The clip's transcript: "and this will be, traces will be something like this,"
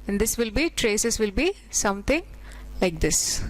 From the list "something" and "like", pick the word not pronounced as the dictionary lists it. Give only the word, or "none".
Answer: something